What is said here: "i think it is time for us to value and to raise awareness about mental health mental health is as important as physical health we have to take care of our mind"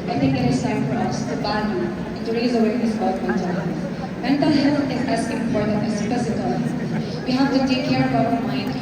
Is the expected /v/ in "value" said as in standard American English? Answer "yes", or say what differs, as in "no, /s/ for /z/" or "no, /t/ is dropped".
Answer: no, /b/ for /v/